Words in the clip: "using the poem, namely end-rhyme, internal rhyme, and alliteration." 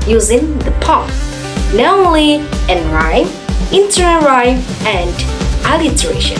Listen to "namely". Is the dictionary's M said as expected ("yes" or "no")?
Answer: no